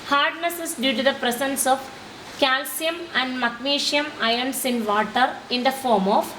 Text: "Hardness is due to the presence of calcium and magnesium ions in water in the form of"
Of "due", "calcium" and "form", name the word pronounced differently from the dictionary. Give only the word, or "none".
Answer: none